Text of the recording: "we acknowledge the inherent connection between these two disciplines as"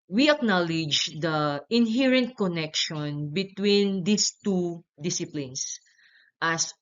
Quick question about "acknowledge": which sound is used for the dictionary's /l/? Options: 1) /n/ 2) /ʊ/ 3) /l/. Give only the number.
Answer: 3